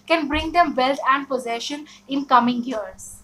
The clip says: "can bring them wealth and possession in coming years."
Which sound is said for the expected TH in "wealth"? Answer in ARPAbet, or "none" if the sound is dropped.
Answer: T